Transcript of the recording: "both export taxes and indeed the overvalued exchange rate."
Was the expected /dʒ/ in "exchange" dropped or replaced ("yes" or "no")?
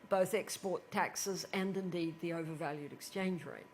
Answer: no